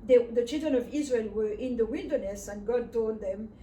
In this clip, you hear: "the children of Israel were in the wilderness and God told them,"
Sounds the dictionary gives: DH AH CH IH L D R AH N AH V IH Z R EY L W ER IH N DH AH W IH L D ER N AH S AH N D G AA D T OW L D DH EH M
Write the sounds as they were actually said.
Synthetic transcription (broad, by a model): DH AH CH IH L D R AH N AH V IH Z R EY L W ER IH N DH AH W IH L D ER N AH S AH N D G AA D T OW D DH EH M